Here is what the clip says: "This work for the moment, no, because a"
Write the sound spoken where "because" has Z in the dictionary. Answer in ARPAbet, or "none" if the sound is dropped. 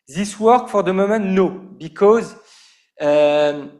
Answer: Z